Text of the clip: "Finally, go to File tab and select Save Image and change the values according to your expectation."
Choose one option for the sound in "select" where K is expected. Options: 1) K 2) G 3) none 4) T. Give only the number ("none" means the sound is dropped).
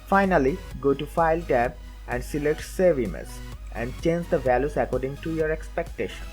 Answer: 3